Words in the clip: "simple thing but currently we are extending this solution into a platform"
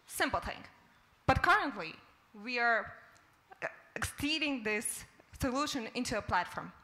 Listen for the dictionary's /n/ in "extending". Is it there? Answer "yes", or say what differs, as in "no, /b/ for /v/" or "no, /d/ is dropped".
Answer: no, /n/ is dropped